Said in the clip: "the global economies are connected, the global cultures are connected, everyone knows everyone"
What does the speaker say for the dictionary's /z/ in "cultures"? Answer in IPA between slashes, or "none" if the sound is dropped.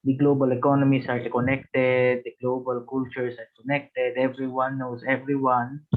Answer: /s/